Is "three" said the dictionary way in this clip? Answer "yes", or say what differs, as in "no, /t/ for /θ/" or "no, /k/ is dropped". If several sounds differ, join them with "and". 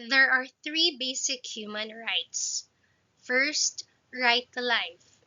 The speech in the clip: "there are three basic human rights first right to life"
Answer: yes